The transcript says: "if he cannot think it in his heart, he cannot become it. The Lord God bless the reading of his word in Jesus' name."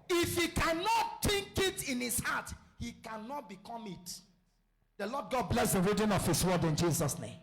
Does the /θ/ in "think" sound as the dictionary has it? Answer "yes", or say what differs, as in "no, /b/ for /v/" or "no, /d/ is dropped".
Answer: no, /t/ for /θ/